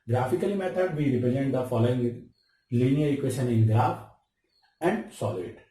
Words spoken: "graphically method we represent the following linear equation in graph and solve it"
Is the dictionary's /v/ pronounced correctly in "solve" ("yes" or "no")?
no